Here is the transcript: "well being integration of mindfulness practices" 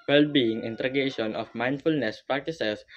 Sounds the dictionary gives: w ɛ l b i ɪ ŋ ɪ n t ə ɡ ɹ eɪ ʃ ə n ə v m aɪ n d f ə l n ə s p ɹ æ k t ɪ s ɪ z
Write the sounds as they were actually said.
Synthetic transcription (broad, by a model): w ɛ l b i ɪ ŋ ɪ n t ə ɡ eɪ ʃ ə n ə f m aɪ n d f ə l n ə s p ɹ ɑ k t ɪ s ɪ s